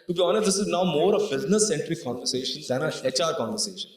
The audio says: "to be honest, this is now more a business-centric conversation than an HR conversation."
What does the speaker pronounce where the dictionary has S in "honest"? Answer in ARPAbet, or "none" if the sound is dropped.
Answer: none